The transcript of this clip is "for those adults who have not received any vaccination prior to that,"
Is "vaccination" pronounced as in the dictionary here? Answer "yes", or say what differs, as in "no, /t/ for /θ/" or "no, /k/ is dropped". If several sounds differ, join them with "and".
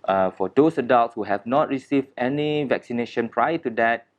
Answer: yes